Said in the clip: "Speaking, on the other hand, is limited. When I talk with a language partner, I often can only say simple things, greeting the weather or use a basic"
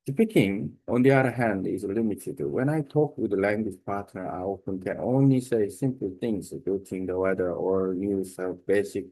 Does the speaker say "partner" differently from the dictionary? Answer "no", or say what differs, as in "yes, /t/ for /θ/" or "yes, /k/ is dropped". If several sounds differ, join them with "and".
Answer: no